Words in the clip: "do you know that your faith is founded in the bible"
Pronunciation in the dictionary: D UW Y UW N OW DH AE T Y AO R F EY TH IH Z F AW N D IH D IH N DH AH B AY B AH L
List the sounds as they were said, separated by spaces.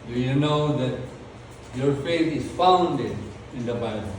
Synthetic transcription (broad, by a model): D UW Y UW N OW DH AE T Y AO R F EY T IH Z F AW N D IH D IH N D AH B AY B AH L